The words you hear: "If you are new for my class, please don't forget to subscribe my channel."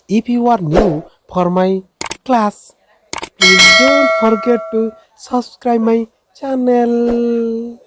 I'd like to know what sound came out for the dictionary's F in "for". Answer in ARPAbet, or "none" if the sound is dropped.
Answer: P